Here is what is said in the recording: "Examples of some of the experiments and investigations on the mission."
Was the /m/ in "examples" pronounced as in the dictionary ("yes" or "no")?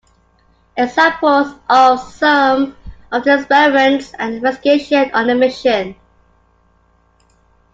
no